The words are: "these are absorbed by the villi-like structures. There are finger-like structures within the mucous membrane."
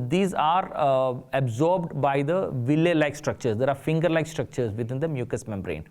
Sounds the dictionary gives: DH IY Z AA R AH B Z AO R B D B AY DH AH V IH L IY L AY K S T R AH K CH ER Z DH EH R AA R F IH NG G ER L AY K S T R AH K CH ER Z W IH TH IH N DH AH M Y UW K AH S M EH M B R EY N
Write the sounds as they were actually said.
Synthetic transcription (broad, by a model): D IY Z AA R AH B Z AO R B D B AY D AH V IH L IY L AY K S T R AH K CH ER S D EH R AA R F IH NG G ER L AY K S T R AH K CH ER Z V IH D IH N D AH M Y UW K AH S M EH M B R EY N